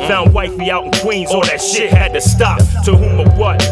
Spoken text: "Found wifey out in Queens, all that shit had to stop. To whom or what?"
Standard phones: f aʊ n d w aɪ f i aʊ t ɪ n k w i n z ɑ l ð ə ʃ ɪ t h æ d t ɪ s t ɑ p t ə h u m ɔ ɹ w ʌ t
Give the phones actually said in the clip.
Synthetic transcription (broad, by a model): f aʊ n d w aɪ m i aʊ t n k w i n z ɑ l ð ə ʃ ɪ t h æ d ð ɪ s t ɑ f t ə h u m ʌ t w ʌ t